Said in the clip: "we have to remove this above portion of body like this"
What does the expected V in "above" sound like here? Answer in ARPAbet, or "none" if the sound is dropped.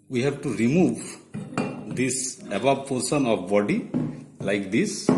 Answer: B